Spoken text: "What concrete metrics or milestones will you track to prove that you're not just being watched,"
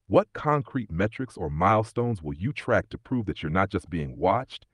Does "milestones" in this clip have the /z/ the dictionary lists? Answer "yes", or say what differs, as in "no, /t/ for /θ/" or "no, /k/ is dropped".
yes